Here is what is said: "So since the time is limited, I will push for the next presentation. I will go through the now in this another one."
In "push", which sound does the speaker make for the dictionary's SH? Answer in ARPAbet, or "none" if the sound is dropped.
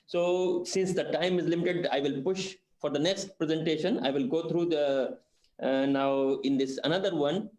SH